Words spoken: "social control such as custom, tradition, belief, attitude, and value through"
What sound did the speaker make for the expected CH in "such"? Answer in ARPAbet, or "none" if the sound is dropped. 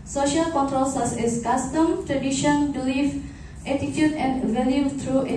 S